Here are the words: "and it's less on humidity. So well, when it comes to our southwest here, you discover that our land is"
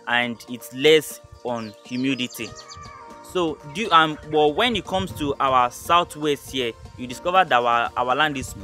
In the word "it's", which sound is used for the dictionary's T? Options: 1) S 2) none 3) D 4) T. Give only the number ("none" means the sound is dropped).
4